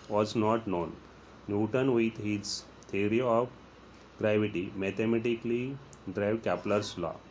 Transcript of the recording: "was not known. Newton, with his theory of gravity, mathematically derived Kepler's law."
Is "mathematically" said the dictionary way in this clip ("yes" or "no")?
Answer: no